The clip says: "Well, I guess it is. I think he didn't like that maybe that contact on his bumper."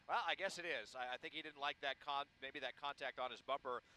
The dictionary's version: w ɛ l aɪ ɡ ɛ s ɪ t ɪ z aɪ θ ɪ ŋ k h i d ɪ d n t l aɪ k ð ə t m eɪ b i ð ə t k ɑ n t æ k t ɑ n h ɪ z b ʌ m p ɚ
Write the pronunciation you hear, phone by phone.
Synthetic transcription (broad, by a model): w ɛ l aɪ ɡ ɛ s ɪ t ɪ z aɪ θ ɪ ŋ k h i d ɪ d n t l aɪ k ð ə t m eɪ b i ð ə t k ɑ n t æ k t n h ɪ z b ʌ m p ɚ